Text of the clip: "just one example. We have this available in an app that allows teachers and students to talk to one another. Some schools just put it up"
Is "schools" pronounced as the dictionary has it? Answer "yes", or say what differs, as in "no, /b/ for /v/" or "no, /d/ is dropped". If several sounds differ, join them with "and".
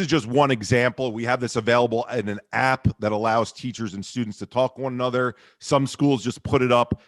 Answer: yes